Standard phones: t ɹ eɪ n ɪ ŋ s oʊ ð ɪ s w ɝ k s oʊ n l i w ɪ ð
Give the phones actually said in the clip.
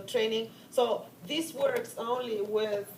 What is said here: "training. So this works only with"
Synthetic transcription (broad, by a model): t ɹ eɪ n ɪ ŋ s oʊ ð ɪ s w ɝ k s oʊ n l i w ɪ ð